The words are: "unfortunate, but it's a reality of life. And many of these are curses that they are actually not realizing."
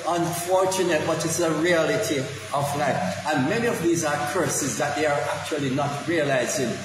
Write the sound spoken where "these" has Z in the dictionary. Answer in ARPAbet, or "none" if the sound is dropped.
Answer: Z